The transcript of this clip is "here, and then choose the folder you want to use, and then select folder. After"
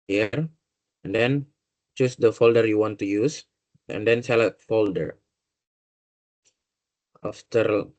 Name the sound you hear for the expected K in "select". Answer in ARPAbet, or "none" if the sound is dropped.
none